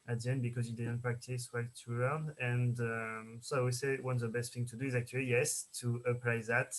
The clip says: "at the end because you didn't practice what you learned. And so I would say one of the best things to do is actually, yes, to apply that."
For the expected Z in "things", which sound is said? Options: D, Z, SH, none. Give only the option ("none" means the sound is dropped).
none